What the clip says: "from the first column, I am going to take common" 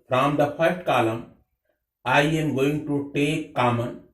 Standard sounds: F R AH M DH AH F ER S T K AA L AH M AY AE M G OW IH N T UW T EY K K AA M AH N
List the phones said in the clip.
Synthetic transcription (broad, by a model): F R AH M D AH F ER T K AA L AH M AY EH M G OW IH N T UW T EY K K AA M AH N